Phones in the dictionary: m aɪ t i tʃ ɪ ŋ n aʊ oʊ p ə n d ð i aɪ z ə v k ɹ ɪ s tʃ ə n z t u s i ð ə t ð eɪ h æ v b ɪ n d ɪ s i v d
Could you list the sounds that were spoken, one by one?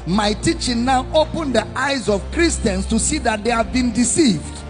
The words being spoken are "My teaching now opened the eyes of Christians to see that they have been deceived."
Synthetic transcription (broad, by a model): m aɪ t i tʃ ɪ ŋ n aʊ oʊ p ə n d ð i aɪ z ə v k ɹ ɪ s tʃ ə n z t u s i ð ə t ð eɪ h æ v b ɪ n d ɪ s i v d